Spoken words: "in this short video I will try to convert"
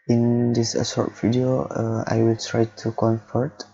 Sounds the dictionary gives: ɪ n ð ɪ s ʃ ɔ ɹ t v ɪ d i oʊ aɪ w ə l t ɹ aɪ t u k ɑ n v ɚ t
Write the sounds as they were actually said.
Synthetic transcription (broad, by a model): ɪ n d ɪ s s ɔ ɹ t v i d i oʊ aɪ w ə l t ɹ aɪ t u k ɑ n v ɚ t